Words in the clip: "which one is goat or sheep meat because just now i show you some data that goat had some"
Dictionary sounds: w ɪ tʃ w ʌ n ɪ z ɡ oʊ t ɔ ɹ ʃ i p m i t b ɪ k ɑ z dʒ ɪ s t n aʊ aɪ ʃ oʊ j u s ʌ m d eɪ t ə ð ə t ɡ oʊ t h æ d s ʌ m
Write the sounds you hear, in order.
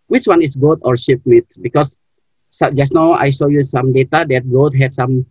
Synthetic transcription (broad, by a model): w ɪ tʃ w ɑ n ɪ s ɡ oʊ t ɔ ɹ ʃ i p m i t b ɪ k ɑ s dʒ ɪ s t n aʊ aɪ s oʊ j u s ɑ m d eɪ t ə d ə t ɡ oʊ t h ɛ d s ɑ m